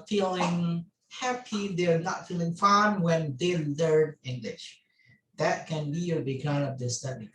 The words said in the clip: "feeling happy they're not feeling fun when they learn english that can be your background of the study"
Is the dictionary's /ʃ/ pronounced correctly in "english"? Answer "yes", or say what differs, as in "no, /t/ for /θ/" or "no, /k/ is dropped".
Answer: yes